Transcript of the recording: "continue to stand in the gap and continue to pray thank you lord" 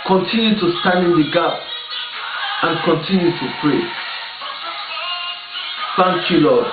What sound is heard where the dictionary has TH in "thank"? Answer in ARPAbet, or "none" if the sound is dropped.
F